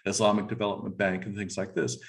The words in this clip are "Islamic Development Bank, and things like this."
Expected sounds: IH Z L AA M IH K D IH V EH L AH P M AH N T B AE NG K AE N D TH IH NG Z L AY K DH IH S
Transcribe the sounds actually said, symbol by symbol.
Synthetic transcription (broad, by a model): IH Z L AA M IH K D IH V EH L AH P M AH N B AE NG K N TH IH NG Z L AY K DH IH S